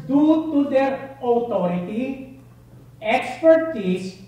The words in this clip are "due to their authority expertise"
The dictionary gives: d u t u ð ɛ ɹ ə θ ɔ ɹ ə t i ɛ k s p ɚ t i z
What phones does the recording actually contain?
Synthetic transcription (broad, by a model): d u t u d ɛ ɹ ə t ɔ ɹ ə t i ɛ k s p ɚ t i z